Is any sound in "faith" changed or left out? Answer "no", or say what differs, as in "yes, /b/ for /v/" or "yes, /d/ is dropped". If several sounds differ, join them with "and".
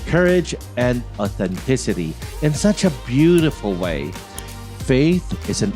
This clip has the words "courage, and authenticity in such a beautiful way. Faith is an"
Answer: no